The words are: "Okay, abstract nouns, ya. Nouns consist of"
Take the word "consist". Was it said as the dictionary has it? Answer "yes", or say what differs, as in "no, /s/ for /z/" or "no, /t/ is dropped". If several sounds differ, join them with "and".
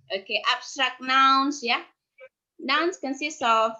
no, /t/ is dropped